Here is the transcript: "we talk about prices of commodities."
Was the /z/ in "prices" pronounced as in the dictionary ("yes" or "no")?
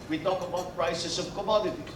no